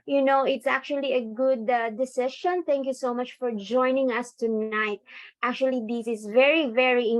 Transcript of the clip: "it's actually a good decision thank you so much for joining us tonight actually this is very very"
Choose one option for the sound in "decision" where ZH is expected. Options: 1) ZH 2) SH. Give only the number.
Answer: 2